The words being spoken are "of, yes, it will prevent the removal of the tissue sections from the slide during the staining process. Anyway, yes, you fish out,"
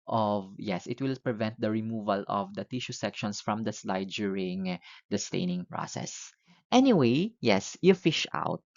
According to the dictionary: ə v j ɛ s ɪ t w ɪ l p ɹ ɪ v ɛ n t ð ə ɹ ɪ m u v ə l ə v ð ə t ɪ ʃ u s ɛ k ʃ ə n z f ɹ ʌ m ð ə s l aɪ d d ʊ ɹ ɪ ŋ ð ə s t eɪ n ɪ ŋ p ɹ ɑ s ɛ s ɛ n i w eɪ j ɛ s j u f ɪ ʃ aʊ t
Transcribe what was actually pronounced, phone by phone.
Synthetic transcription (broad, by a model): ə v j ɛ s ɪ t w ɪ l p ɹ ɪ v ɛ n t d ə ɹ ɪ m u v ə l ə v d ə t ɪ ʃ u s ɛ k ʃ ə n s f ɹ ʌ m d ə s l aɪ d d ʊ ɹ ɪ ŋ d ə s t eɪ n ɪ ŋ p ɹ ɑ s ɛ s ɛ n i w eɪ j ɛ s j u f ɪ ʃ aʊ t